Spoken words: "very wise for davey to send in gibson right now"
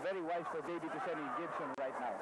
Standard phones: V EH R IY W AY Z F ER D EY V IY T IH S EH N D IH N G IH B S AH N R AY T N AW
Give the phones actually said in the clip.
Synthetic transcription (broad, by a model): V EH R IY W AY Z F ER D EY B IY T IH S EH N IH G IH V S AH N R AY T N AW